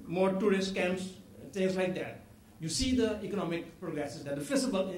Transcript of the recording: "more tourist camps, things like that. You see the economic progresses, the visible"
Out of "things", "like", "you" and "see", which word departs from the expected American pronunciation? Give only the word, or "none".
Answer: things